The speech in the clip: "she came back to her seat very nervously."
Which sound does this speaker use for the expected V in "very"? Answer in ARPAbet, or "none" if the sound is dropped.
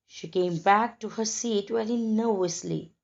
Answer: W